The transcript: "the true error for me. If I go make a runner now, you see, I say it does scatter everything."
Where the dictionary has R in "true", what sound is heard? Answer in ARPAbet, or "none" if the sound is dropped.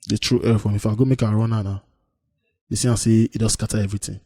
R